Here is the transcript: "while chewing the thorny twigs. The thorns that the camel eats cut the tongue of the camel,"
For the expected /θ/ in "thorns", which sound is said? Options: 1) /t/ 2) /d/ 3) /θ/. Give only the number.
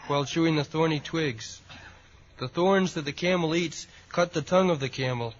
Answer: 3